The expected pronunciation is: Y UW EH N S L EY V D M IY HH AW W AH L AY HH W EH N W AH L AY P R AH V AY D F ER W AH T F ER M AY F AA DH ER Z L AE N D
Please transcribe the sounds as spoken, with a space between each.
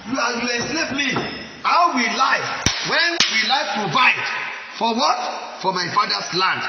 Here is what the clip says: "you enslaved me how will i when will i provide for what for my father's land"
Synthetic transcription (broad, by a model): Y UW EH L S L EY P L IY HH AW W AH L AY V W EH N W AH L AY P R AH V AY D F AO W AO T F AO M AY F AA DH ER S L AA N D